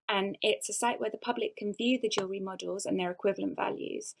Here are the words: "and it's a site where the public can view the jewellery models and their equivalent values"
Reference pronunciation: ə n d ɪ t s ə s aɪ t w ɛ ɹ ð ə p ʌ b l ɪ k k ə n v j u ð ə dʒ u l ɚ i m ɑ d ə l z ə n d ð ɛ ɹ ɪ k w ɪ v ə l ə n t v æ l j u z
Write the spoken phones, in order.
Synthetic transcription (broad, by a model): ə n ɪ t s ə s aɪ t w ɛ ð ə p ʌ b l ɪ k k ə n v j u ð ə dʒ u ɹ i m ɑ d ə l z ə n ð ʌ ɹ ɪ k w ɪ v ə l ə n t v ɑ l j u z